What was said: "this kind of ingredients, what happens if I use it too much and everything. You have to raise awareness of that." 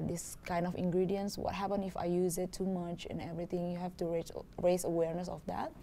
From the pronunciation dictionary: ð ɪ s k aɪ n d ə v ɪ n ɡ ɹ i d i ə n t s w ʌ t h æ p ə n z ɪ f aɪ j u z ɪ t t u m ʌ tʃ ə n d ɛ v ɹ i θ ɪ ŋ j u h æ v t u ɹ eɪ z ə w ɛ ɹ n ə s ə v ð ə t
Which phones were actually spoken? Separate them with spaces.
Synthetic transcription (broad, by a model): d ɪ s k aɪ n d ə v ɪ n ɡ ɹ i d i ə n s w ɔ t h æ p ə n ɪ f aɪ j u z ɪ t t u m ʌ tʃ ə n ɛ v ɹ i t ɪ ŋ j u h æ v t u ɹ eɪ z ə w ɛ ɹ n ə s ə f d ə t